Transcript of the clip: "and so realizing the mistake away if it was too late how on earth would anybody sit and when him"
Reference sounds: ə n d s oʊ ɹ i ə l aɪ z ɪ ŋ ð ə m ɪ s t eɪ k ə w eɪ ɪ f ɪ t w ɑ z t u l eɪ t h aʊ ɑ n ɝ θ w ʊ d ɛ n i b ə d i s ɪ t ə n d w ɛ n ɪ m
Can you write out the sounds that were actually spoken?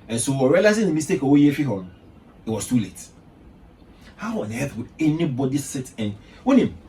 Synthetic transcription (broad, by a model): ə n s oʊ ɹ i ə l aɪ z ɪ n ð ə m ɪ s t eɪ k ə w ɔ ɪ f ɪ t w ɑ s t u l eɪ t h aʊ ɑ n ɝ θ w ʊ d ɛ n i b ə d i s ɪ t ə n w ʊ n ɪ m